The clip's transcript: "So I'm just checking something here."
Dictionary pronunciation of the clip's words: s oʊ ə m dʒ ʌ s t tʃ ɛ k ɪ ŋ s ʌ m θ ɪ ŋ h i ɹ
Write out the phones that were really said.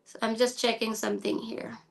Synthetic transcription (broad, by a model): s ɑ ə m dʒ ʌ s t tʃ ɛ k ɪ ŋ s ʌ m θ ɪ ŋ h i ɹ